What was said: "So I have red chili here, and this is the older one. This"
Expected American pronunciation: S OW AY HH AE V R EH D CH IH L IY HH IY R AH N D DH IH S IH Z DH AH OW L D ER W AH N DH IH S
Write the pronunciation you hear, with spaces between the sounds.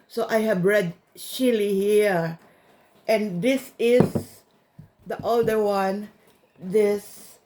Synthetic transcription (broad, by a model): S OW AY HH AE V R EH D SH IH L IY HH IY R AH N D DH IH S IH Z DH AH OW L D ER W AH N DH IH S